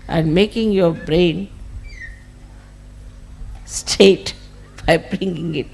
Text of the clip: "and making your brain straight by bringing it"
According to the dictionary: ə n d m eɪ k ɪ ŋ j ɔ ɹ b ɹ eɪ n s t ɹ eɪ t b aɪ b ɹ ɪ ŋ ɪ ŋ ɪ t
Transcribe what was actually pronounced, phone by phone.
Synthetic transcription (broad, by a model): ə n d m eɪ k ɪ ŋ j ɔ b ɹ eɪ n s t eɪ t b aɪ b ɹ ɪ ŋ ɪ ŋ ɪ t